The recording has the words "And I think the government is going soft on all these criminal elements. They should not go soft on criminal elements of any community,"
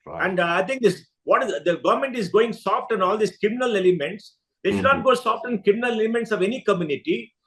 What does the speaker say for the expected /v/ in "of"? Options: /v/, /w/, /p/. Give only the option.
/v/